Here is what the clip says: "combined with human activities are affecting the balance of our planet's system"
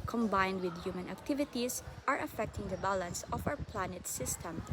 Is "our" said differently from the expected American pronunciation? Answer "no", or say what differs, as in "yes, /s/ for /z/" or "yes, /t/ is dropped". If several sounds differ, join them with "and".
yes, /w/ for /ɹ/